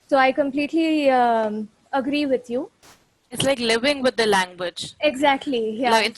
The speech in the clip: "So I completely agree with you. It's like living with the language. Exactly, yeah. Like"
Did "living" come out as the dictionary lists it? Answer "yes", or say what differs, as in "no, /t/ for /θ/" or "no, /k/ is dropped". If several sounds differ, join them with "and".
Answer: yes